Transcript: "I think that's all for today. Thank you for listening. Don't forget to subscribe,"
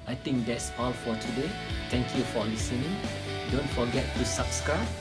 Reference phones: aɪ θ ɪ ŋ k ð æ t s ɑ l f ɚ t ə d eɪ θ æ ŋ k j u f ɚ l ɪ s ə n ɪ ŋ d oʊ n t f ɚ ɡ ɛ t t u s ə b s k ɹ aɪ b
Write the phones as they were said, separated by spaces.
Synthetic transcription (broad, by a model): aɪ t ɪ ŋ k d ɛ t s ɑ l f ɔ t ə d eɪ t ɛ ŋ k j u f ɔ l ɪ s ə n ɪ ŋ d oʊ n t f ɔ ɡ ɛ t t u s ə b s k ɹ aɪ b